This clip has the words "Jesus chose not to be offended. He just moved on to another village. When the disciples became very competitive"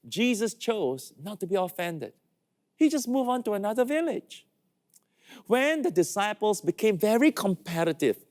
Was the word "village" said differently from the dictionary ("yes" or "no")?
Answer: no